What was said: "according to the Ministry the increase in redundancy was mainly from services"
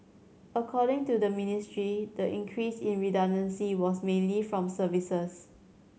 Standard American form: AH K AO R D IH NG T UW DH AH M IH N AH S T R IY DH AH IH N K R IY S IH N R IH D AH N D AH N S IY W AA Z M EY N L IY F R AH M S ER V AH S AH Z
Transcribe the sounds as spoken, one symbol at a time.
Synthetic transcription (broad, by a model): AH K AO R D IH NG T UW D AH M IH N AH S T R IY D AH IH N K R IY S IH N R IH D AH N D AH N S IY W AA S M EY N L IY F R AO M S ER V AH S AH S